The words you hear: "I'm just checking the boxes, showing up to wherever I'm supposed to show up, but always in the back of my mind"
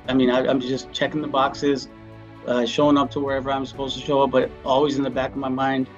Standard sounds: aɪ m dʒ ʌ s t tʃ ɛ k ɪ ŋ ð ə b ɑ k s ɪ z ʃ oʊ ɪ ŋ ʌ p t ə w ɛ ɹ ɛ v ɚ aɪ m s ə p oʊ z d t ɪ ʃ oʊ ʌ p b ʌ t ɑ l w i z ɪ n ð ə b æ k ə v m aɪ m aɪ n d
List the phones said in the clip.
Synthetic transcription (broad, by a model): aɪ m dʒ ʌ s tʃ ɛ k ɪ ŋ ð ə b ɑ k s ɪ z ʃ oʊ ɪ ŋ ʌ p t ə w ɛ ɹ ɛ v ɚ aɪ m s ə p oʊ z t ɪ ʃ oʊ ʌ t b ʌ t ɑ l w i z ɪ n ð ə b æ k ə v m aɪ m aɪ n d